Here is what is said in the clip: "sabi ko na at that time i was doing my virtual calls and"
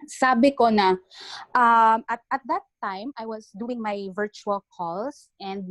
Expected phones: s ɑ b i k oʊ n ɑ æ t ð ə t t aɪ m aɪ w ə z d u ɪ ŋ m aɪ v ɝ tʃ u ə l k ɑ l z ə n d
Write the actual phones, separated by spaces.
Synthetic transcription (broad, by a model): s ɑ b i k oʊ n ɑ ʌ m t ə t t aɪ m aɪ w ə s d u ɪ ŋ m aɪ v ɝ tʃ u ə l k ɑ l s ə n d